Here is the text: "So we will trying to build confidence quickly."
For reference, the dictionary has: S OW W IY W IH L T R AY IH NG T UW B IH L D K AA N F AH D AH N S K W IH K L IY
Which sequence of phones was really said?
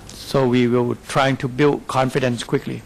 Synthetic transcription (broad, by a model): S OW W IY W IH L T R AY IH NG T UW B IH L D K AA N F AH D AH N S K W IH K L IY